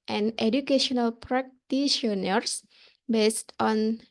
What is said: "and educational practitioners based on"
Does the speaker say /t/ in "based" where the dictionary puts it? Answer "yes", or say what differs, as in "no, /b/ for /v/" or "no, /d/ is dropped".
yes